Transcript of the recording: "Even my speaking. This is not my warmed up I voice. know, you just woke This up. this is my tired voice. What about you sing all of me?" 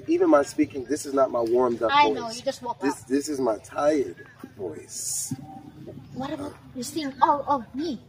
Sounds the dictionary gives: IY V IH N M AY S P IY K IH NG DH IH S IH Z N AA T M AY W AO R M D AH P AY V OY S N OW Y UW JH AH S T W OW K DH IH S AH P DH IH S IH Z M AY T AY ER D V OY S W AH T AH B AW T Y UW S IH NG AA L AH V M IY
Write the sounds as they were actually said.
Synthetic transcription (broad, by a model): IY V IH N M AY S P IY K IH NG DH IH S IH Z N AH T M AY W AO R M D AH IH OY N OW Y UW JH AH S T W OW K DH IH S DH IH S IH Z M AY T AY ER D V OY S W AH T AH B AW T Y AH S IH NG AA L AH V M IY